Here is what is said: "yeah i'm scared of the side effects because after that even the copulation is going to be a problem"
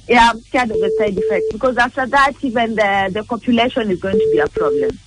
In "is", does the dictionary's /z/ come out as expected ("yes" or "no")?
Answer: yes